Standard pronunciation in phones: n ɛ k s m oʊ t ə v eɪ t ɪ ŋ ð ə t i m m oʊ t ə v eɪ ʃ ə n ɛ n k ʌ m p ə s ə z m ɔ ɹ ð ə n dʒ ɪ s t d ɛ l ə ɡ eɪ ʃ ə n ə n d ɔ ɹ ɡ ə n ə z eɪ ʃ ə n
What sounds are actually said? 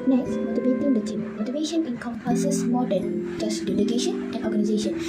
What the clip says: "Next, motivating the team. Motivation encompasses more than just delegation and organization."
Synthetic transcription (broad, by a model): n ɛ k s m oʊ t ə b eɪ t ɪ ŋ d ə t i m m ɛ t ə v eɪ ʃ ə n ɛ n k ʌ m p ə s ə s m ɔ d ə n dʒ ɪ s d ɛ l ə ɡ eɪ ʃ ə n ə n ɔ ɡ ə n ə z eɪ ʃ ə n